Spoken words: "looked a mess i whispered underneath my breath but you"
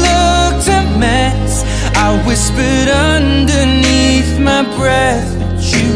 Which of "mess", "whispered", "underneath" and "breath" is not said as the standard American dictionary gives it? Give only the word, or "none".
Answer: none